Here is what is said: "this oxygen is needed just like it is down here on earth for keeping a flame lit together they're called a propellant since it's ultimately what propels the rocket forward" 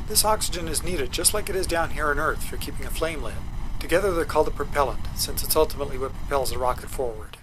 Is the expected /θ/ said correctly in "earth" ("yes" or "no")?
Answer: yes